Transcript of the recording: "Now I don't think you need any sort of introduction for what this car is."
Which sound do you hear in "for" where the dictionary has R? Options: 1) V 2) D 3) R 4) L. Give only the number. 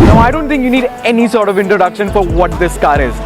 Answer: 3